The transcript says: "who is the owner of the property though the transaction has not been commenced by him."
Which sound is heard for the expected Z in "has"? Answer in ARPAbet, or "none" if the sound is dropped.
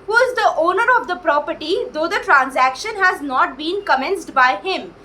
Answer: Z